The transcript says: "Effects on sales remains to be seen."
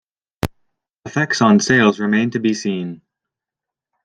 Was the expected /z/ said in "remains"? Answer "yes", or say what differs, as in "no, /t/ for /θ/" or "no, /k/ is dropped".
no, /z/ is dropped